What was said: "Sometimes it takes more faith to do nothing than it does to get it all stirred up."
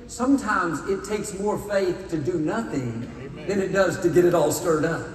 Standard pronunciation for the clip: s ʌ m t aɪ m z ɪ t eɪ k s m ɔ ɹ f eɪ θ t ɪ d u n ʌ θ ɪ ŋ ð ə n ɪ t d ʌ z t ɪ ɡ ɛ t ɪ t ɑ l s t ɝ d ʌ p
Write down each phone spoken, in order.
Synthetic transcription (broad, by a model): s ʌ m t aɪ m z ɪ t eɪ k s m ɔ ɹ f eɪ θ t ɪ d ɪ n ʌ θ ɪ ŋ ð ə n ɪ t d ʌ z t ɪ ɡ ɛ t ɪ t ɑ l s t ɝ d ʌ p